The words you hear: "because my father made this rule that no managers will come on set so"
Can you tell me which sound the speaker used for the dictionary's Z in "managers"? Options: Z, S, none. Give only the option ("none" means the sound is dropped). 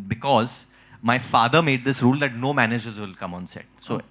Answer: Z